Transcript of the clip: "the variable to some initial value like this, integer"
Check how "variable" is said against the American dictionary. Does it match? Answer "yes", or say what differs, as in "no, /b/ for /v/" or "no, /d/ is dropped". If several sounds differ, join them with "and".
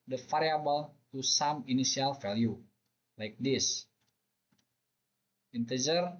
no, /f/ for /v/